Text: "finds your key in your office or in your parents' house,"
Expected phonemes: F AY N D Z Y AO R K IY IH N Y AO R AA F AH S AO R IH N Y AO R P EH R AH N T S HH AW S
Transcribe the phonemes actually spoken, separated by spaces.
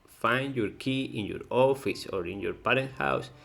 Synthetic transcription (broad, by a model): F AY N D Y AO R K IY IH N Y AO R AA F AH S AO R IH N Y AO R P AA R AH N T HH AW S